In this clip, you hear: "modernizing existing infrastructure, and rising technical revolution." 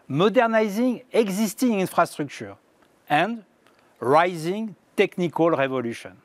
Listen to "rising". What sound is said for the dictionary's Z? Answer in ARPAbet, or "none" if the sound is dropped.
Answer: Z